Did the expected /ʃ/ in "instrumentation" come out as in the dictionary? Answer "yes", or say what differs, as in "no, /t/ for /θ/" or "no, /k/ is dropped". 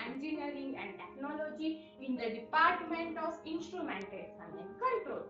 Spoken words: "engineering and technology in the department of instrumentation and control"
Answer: no, /s/ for /ʃ/